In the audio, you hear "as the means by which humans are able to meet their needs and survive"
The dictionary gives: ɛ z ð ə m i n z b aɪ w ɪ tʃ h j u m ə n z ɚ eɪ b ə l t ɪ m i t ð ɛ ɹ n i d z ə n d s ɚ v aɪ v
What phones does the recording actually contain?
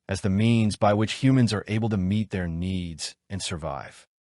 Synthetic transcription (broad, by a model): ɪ z ð ə m i n z b aɪ w ɪ tʃ h j u m ə n z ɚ eɪ b l t ɪ m i t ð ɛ ɹ n i d z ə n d s ɚ v aɪ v